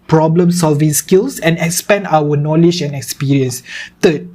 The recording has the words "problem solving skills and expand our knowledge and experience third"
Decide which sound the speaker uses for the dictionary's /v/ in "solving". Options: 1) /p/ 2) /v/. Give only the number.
2